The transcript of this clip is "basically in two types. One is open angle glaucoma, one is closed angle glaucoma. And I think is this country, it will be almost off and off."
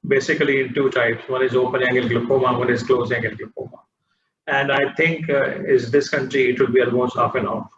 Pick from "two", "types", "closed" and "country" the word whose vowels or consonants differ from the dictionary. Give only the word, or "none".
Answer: closed